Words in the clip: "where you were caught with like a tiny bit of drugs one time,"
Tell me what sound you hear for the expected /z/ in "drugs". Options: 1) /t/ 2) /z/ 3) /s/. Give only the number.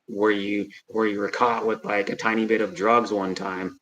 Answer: 2